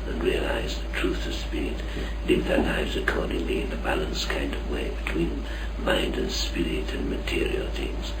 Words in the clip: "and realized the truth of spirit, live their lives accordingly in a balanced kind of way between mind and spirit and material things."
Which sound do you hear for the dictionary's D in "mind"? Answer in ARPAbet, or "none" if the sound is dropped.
D